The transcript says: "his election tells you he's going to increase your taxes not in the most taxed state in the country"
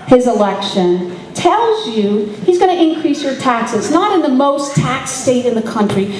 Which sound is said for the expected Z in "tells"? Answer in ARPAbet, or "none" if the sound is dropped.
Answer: Z